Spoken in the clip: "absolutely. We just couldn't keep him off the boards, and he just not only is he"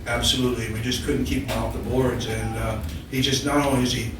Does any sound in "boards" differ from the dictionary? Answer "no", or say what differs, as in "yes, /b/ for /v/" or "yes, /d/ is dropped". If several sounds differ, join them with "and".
no